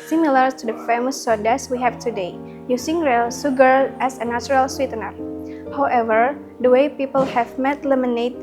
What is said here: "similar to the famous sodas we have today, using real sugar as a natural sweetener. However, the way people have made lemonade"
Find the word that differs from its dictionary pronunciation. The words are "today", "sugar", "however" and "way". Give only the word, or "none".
sugar